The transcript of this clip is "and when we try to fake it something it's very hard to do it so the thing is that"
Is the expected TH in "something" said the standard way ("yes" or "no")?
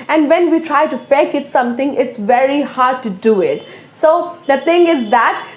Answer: no